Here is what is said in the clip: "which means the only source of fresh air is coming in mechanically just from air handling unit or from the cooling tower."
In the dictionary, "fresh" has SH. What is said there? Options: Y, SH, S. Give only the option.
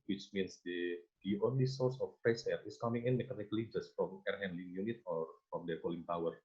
S